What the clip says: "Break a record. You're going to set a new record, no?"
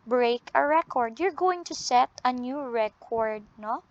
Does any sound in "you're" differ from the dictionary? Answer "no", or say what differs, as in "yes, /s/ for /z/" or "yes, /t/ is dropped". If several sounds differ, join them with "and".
no